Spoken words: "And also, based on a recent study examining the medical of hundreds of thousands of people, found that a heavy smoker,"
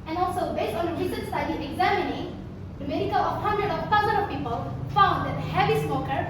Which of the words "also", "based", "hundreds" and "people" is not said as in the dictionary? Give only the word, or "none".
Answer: hundreds